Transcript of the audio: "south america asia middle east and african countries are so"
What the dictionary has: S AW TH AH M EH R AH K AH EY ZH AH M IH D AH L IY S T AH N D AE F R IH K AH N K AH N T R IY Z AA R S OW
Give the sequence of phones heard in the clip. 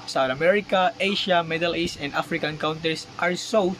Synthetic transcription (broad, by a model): S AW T AH M EH R AH K AH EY SH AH M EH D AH L IY S T AH N D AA F R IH K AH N K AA N T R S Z AA R S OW